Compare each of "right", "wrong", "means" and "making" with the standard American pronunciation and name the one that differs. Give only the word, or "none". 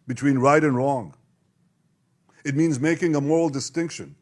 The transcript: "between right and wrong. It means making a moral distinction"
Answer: none